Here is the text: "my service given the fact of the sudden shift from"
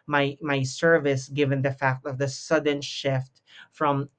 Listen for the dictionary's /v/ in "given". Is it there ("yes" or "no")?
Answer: yes